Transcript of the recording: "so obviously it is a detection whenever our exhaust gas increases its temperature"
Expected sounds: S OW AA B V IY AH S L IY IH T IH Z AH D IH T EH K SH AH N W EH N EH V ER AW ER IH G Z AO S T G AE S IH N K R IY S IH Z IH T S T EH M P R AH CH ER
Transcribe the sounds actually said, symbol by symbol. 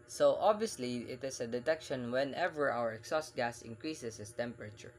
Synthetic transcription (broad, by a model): S OW AA B V IY AH S L IY IH T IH S AH D IH T EH K SH AH N W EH N EH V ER AW ER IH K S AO S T G AE S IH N K R IY S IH S IH T S T EH M P R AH CH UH